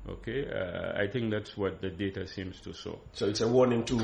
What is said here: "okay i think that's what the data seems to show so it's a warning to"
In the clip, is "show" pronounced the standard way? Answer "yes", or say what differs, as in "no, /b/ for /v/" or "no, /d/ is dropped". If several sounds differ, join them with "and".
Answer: no, /s/ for /ʃ/